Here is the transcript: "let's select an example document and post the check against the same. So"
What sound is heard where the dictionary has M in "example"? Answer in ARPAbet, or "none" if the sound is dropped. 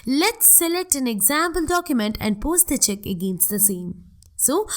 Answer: M